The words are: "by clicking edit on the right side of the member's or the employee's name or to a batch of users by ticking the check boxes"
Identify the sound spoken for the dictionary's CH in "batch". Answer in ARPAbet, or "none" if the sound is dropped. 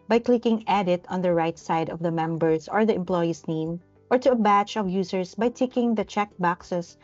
CH